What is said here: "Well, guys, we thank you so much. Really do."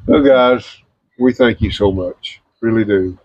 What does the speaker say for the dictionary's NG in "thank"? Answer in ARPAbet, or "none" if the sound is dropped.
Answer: NG